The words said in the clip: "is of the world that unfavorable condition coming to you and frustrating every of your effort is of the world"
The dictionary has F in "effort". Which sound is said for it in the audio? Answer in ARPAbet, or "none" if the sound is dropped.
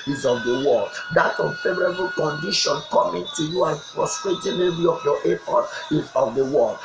P